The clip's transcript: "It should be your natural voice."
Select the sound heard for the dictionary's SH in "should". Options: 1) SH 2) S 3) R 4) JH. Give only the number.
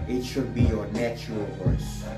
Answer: 1